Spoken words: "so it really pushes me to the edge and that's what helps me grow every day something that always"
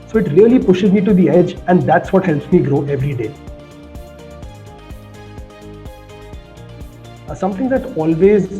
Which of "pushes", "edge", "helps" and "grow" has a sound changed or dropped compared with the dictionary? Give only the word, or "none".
none